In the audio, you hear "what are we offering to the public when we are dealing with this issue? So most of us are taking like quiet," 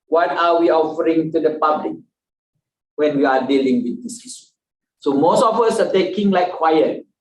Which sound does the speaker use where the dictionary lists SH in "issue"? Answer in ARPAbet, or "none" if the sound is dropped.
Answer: S